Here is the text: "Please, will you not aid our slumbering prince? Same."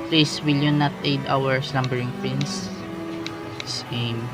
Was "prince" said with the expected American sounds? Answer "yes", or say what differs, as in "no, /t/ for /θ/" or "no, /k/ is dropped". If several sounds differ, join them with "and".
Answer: no, /ɹ/ is dropped